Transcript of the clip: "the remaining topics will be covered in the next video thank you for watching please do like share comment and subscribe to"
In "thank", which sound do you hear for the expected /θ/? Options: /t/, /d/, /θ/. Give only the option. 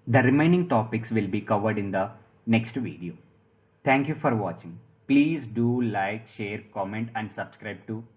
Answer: /t/